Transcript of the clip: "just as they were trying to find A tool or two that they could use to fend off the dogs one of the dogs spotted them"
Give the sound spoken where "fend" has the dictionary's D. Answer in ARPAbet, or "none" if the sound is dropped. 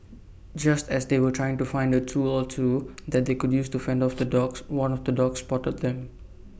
D